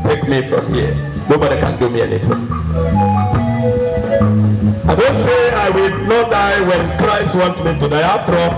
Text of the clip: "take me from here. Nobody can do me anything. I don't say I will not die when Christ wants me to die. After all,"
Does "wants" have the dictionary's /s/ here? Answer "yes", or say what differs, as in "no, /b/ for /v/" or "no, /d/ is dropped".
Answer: no, /s/ is dropped